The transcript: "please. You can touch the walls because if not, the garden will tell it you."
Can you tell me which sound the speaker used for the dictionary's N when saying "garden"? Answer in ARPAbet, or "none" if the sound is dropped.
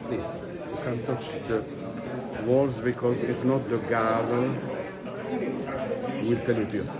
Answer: L